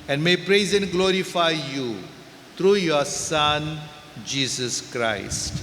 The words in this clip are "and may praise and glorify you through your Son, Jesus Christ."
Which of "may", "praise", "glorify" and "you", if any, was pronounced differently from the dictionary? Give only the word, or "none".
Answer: none